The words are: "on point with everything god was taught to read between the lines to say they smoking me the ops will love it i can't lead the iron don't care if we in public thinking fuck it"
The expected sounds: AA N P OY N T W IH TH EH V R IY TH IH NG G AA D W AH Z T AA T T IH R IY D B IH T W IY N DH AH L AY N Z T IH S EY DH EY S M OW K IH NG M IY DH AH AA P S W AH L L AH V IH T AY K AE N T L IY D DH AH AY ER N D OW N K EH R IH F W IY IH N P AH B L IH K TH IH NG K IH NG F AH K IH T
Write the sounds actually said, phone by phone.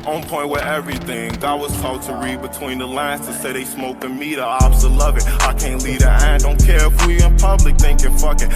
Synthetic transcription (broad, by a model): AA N P OY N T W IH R EH V R IY TH IH NG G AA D W AH Z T AA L T IH R IY D B IH T W IY N DH AH L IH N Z T IH S EY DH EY S M OW K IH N M IY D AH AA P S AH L L AH V IH T AY K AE N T L IY D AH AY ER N D OW N K EH R IH F W IY IH N P AH B L IH K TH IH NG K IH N F AH K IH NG